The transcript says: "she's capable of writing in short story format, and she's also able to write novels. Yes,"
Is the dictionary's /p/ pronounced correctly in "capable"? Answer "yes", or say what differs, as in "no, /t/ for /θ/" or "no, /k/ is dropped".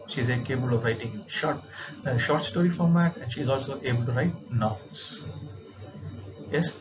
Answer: no, /b/ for /p/